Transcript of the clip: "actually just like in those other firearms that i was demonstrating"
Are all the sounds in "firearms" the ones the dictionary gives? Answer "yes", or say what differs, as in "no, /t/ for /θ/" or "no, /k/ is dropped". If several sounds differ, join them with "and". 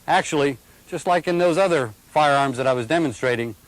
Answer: yes